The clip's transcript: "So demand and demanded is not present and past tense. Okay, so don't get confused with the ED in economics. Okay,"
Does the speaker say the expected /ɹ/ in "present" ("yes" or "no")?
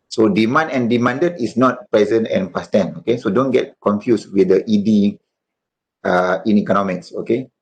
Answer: yes